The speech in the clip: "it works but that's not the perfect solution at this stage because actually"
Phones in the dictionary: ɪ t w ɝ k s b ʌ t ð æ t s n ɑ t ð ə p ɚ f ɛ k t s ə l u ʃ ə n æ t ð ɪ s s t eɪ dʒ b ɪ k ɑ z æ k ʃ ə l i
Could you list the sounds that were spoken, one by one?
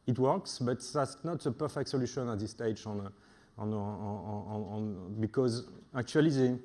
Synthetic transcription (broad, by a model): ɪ t w ɝ k s b ʌ t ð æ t s n ɑ t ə p ɚ f ɛ k t s ə l u ʃ ə n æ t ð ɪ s s t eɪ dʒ b ɪ k ɑ z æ k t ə l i